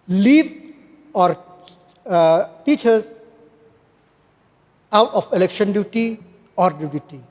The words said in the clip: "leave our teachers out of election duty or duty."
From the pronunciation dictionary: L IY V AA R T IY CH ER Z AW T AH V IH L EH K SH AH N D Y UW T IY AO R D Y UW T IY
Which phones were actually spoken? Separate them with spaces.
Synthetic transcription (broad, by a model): L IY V AA R T IY CH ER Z AW T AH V IH L EH K SH AH N D Y UW T IY AO R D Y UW T IY